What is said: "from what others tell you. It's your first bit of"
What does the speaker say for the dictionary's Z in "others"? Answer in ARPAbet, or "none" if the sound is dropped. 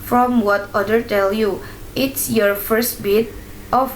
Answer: none